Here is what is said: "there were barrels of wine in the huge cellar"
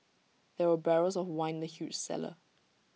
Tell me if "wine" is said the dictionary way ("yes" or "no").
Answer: no